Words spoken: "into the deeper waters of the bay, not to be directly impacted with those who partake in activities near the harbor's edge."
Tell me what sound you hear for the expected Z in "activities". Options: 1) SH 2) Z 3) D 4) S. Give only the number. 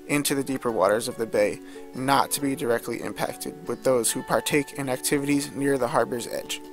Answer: 2